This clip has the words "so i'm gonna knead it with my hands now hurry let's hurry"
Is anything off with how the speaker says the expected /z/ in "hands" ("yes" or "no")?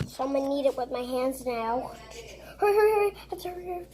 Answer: no